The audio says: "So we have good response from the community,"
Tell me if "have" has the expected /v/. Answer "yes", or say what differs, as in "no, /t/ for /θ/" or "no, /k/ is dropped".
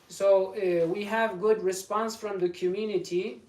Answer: yes